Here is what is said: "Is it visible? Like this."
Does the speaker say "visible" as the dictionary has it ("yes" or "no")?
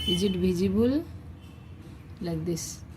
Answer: no